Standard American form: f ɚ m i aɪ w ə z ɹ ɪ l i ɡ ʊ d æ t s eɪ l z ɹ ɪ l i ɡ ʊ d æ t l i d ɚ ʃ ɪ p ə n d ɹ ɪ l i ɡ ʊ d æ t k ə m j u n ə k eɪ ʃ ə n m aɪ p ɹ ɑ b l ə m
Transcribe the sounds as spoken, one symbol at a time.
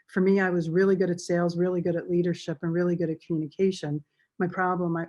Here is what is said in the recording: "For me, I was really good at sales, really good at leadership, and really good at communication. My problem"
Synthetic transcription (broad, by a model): f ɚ m i aɪ w ə z ɹ ɪ l i ɡ ʊ d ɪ t s eɪ l z ɹ ɪ l i ɡ ʊ d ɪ t l i d ɚ ʃ ɪ p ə n ɹ ɪ l i ɡ ʊ d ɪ t k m j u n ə k eɪ ʃ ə n m aɪ p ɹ ɑ b l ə m